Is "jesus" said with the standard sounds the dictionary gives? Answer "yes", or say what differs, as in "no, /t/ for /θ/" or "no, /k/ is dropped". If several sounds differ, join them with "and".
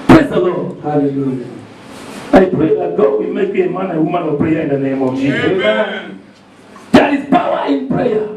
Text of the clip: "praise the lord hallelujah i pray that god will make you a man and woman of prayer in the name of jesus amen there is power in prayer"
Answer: no, /s/ is dropped